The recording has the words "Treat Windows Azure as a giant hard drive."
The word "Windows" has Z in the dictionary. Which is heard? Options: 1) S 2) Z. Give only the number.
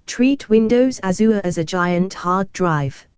2